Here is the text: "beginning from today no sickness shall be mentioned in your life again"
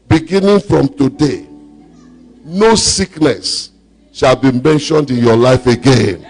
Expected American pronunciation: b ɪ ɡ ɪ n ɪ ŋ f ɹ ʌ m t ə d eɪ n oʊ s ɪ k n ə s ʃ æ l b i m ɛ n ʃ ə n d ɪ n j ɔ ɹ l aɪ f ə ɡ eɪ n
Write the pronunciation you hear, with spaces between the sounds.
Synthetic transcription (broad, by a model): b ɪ ɡ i n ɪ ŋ f ɹ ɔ m t ə d eɪ n oʊ s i k n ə s ʃ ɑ l b i m ɛ n ʃ ə n d ɪ n j ɔ l aɪ f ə ɡ eɪ n